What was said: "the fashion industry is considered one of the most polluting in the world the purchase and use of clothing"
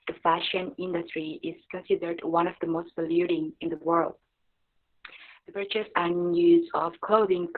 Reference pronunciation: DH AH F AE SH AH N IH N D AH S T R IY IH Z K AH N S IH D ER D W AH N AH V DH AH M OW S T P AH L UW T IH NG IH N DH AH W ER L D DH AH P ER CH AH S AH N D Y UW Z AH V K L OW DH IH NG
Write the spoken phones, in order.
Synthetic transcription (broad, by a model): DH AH F AE SH AH N IH N D AH S T R IY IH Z K AH N S IH D ER D W AH N AH V DH AH M OW S T B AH L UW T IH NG IH N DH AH W ER L D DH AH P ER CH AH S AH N Y UW Z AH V K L OW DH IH NG